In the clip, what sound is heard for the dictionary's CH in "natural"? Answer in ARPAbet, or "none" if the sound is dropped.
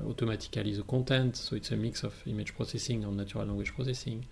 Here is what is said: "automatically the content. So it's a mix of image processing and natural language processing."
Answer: none